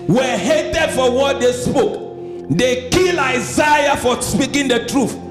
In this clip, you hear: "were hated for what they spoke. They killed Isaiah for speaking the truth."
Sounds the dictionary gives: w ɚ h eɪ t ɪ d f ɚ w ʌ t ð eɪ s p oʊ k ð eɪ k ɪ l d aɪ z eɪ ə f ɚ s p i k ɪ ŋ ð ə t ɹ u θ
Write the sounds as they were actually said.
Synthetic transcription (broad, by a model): w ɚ h eɪ t ɪ d f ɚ w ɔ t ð eɪ s p oʊ k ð eɪ k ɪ l aɪ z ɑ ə f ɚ s p i k ɪ ŋ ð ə t ɹ u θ